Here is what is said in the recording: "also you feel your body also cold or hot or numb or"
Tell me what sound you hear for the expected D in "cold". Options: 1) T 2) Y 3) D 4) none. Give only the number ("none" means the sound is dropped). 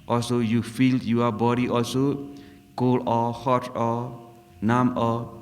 4